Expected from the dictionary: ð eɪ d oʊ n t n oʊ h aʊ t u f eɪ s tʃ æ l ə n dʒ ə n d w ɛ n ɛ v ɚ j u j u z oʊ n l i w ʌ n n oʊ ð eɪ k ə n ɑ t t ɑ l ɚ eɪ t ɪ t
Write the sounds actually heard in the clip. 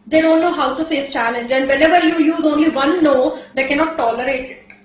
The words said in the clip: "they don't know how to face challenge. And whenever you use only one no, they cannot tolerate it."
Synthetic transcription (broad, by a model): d eɪ d oʊ n t n oʊ h aʊ t u f eɪ s tʃ æ l ə n dʒ ə n d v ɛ n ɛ v ɚ j u j u z oʊ n l i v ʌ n n oʊ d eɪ k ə n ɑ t t ɑ l ɚ eɪ t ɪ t